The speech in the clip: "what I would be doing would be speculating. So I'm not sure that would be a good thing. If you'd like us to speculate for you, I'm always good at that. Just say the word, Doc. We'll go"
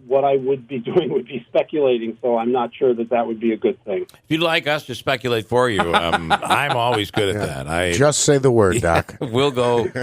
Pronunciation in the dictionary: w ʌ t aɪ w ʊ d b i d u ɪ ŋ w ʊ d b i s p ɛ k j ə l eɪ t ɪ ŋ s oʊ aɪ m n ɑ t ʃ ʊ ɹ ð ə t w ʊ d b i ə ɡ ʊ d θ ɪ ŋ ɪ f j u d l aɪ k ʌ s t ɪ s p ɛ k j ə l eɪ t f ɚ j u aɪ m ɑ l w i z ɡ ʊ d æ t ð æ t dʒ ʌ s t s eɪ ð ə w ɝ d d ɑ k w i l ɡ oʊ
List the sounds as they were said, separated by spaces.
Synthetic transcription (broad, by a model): w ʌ t aɪ w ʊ d b i d u ɪ ŋ w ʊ d b i s p ɛ k j ə l eɪ t ɪ ŋ s oʊ aɪ m n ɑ t ʃ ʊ ɹ ð ə t w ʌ d b i ə ɡ ʊ d θ ɪ ŋ ɪ f j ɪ l aɪ k ʌ s t ɪ s p ɛ k j ə l eɪ t f ɚ j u aɪ m ɑ l w i z ɡ ʊ d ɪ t ð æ t dʒ ʌ s t s eɪ ð ə w ɝ d d ɑ k w i l ɡ oʊ